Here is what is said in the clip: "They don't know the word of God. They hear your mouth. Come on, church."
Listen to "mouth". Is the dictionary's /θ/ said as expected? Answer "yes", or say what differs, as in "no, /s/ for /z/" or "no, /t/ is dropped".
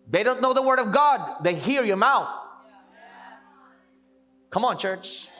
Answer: yes